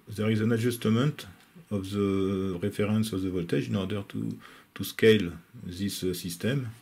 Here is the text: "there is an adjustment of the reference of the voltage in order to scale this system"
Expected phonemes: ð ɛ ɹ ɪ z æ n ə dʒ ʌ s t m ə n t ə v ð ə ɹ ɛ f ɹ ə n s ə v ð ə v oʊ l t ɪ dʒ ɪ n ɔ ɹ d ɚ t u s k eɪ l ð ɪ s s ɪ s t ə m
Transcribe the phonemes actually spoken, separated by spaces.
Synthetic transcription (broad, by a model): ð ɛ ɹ ɪ z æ n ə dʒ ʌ s t m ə n t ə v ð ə ɹ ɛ f ɹ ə n s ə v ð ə v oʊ l t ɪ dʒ ɪ n ɔ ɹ d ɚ t u s k eɪ l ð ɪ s s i s t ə m